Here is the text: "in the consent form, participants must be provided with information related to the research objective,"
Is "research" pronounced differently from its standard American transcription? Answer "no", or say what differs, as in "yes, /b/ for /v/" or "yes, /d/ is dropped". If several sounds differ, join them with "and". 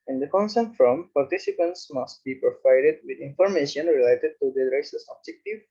yes, /s/ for /tʃ/